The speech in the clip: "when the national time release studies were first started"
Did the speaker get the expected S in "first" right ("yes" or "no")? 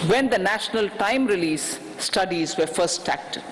no